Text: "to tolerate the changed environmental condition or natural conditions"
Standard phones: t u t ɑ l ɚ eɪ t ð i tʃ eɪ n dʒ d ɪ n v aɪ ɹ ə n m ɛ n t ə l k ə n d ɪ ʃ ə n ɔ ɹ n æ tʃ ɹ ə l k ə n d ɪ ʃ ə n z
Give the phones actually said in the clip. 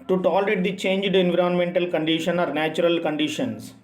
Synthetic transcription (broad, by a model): t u t ɑ l ɚ eɪ t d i tʃ eɪ n dʒ d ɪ n v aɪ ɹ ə n m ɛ n t ə l k ə n d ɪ ʃ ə n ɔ ɹ n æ tʃ ɹ ə l k ə n d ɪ ʃ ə n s